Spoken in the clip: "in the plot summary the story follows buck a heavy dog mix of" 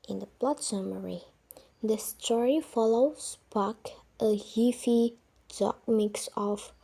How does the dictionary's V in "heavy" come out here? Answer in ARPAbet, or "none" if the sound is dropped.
F